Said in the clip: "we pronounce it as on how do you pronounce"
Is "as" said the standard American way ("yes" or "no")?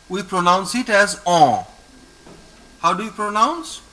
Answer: yes